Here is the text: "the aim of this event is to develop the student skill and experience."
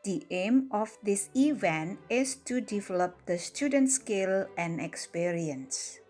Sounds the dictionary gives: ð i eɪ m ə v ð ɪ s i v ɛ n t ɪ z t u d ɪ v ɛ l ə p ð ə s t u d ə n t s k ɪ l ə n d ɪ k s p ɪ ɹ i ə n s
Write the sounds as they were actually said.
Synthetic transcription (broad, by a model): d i eɪ m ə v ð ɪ s i v ɛ n t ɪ s t u d ɪ v ɛ l ə p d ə s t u d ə n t s k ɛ l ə n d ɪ k s p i ɹ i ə n s